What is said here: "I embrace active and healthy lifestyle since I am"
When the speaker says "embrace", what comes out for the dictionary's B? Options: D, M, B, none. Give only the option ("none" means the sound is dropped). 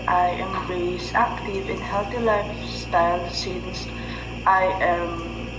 none